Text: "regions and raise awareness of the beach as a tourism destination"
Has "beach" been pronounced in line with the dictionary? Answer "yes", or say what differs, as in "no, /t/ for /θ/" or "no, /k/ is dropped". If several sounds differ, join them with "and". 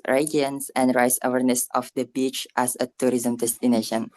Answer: yes